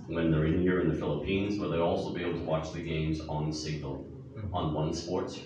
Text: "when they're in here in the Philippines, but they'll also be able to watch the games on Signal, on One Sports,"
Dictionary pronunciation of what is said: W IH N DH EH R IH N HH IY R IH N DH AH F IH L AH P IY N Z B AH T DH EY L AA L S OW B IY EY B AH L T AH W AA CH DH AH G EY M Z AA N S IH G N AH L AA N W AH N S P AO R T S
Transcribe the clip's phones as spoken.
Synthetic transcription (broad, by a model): W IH N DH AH R IH N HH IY R IH N DH AH F IH L AH P IY N Z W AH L DH EY AA L S OW B IY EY B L T AH W AA CH DH AH G EY M Z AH N S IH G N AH L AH N W AH N S P AO R T S